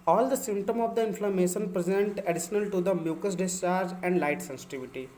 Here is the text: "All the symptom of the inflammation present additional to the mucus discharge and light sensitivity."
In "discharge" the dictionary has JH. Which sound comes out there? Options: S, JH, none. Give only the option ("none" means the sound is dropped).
none